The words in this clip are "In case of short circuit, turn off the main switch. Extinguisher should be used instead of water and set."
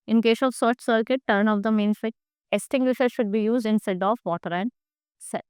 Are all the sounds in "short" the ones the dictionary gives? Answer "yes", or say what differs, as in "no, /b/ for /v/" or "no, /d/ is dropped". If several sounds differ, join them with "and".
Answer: no, /s/ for /ʃ/